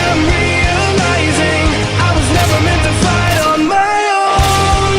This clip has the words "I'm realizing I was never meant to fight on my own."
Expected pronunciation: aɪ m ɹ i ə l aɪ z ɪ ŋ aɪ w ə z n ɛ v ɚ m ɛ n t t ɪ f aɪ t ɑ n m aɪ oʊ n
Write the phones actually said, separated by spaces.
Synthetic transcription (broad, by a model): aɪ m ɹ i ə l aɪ z ɪ ŋ aɪ w ə z n ɛ v ɚ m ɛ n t t ɪ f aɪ ɑ n m aɪ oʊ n